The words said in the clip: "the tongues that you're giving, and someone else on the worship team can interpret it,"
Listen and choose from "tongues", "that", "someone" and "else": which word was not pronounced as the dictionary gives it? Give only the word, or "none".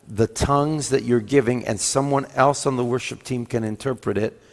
none